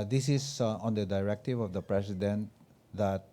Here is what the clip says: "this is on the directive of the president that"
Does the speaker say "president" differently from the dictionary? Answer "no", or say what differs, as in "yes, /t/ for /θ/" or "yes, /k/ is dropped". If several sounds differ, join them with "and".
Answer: yes, /s/ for /z/